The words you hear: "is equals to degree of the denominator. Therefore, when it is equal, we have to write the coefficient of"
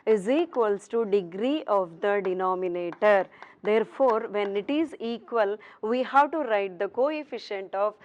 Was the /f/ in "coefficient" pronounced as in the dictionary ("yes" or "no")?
yes